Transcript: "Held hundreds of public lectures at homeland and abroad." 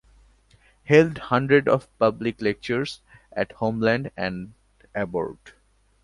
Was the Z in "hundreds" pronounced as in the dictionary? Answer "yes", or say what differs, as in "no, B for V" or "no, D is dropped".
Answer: no, Z is dropped